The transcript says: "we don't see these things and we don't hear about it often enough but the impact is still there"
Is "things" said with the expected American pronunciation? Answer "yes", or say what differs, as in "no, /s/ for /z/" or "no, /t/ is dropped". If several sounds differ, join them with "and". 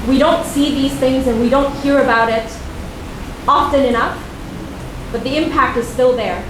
yes